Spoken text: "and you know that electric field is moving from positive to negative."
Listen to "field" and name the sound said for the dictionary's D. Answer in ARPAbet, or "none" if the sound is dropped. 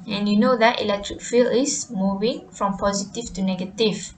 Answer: none